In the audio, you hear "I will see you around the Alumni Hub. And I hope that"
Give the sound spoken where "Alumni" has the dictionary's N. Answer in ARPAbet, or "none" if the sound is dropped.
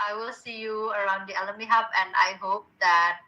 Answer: none